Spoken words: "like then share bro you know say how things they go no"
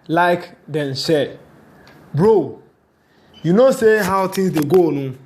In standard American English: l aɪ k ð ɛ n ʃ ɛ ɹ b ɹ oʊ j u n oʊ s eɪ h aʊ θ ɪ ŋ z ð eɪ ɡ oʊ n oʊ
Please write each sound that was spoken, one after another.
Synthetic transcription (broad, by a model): l aɪ k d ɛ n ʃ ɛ b ɹ oʊ j u n oʊ s eɪ h aʊ t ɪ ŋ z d eɪ ɡ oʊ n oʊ